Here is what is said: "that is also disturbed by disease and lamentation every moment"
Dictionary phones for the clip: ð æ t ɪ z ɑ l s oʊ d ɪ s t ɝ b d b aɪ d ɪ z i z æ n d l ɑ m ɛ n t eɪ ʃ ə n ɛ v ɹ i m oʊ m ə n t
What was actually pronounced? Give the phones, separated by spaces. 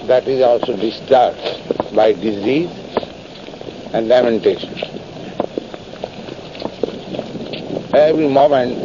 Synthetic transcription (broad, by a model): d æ t ɪ z ɑ l s oʊ d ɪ s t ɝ d b aɪ d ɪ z i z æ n d l ɑ m ɛ n t eɪ ʃ ə n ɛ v ɹ i m oʊ m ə n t